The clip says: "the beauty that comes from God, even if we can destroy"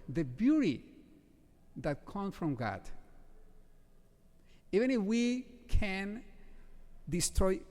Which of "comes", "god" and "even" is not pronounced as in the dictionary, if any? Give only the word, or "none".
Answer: comes